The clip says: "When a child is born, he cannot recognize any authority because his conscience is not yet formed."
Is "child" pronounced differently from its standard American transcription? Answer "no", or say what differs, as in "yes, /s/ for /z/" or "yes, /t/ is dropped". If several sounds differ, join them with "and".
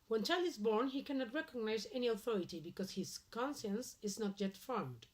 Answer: yes, /d/ is dropped